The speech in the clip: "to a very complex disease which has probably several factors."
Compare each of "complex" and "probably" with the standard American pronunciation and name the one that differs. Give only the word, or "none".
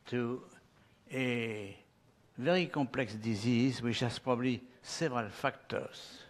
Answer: complex